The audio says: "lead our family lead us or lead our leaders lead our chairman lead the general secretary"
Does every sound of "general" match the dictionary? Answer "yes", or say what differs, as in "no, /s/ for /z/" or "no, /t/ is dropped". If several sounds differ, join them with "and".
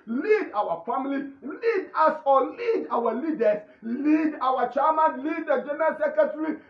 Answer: no, /n/ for /l/